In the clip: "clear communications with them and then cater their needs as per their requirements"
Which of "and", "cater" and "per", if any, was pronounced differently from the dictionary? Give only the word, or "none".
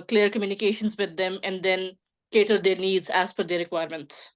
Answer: per